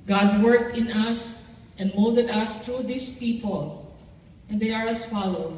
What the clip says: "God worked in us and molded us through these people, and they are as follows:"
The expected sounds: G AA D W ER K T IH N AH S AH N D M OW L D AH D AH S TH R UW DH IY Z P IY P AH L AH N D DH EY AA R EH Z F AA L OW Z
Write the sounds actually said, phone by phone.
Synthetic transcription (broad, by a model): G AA D W ER K T IH N AH S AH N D M OW L D AH D AH S T R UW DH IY S P IY P AH L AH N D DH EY AA R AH S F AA L OW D